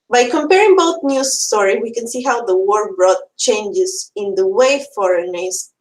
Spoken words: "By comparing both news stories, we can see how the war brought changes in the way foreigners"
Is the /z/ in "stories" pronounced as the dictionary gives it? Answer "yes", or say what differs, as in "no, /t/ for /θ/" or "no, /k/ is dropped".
no, /z/ is dropped